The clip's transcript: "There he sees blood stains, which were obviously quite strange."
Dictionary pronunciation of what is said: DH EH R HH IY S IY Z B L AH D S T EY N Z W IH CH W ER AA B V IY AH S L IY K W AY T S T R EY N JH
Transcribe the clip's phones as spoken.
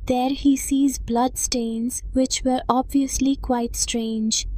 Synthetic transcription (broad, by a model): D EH R HH IY S IY Z B L AH D S T EY N Z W IH CH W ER AA B V IY AH S L IY K W AY T S T R EY N JH